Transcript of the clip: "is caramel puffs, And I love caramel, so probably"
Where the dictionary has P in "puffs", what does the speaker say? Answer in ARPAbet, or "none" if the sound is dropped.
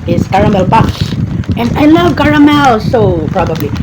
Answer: B